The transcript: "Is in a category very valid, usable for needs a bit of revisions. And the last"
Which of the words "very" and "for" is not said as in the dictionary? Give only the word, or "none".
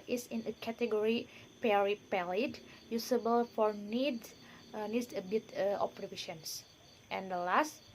very